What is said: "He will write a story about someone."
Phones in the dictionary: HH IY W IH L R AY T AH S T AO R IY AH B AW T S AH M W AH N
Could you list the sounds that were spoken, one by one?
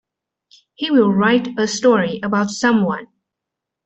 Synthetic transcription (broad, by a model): HH IY W IH L R AY T AH S T AO R IY AH B AW T S AH M W AH N